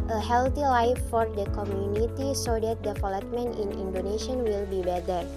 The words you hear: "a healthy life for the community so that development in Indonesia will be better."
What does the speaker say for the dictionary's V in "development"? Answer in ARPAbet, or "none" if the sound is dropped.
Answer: F